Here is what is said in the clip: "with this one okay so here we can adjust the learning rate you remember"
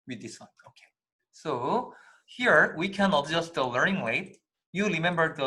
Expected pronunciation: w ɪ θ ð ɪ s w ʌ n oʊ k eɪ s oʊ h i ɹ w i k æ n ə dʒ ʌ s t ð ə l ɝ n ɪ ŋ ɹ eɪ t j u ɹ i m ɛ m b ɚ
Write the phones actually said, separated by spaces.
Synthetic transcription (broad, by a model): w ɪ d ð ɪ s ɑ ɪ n oʊ k eɪ s oʊ h i ɹ w i k æ n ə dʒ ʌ s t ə l ɝ n ɪ ŋ l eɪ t j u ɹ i m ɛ m b ɚ